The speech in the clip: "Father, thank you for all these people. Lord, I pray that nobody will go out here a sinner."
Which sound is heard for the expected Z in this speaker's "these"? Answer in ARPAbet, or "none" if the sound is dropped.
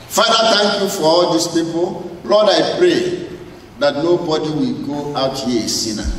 S